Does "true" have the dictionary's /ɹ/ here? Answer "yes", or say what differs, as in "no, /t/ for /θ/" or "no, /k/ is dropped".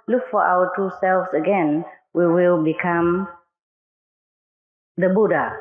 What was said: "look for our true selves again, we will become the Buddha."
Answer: no, /ɹ/ is dropped